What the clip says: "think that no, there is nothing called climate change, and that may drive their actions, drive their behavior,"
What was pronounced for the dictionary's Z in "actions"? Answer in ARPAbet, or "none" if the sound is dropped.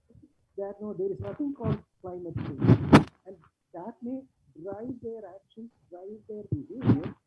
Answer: none